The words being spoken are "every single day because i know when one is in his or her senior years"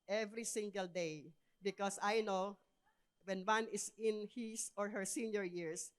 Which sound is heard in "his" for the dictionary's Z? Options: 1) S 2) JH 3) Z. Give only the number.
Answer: 1